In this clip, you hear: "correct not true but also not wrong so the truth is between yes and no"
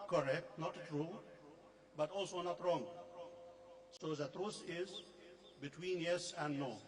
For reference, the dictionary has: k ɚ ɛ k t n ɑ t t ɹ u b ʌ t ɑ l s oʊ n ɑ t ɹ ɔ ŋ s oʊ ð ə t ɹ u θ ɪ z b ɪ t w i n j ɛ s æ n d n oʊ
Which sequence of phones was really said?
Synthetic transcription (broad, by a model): k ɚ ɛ k t n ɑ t t ɹ u b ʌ t ɑ l s oʊ n ɑ t ɹ ɔ ŋ s oʊ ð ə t ɹ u s ɪ z b ɪ t w i n j ɛ s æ n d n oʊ